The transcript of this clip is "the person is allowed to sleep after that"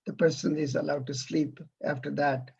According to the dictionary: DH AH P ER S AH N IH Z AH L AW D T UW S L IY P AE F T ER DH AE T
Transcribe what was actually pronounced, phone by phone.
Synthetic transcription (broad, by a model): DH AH P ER S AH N IH Z AH L AW D T UW S L IY P AE F T ER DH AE T